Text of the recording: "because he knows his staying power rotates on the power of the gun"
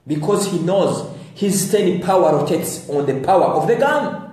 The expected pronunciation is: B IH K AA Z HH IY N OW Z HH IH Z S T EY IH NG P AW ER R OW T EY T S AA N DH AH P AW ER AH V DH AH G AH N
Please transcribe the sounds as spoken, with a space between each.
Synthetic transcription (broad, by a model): B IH K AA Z HH IY N OW Z HH IH Z S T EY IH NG P AW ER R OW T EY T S AA N DH AH P AW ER AH V DH AH G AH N